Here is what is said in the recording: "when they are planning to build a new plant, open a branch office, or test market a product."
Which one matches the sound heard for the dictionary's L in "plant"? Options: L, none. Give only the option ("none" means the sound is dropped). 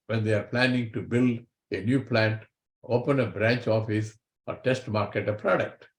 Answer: L